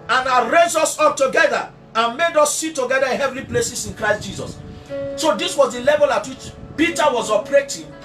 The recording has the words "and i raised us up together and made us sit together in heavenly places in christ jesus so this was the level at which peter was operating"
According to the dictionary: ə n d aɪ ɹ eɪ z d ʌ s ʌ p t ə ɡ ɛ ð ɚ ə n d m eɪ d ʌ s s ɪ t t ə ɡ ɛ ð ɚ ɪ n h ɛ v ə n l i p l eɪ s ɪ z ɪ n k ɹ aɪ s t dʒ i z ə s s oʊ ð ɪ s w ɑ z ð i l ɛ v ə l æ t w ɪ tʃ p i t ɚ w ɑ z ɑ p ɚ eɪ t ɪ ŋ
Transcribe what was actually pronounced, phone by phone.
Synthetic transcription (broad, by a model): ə n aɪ ɹ eɪ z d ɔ s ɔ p t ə ɡ ɛ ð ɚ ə n m eɪ d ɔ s s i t t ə ɡ ɛ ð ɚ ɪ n h ɛ v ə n l i p l eɪ s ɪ s ɪ n k ɹ aɪ s t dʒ i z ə s s oʊ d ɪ s w ɑ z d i l ɛ v ə l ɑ t w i tʃ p i t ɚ w ɑ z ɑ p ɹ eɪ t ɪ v